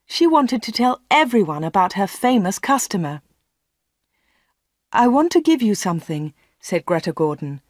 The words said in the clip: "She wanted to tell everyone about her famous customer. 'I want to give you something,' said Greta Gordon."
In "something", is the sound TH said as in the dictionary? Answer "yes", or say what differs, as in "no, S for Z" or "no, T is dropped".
yes